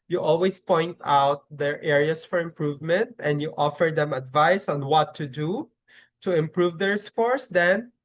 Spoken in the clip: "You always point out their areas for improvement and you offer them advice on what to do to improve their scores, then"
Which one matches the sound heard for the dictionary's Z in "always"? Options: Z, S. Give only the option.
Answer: S